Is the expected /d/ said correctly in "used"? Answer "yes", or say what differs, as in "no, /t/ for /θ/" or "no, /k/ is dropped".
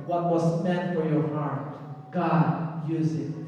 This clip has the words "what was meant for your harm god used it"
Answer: no, /d/ is dropped